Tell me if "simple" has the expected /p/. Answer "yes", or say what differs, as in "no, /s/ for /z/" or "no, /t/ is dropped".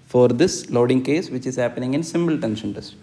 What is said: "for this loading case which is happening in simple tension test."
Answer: no, /b/ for /p/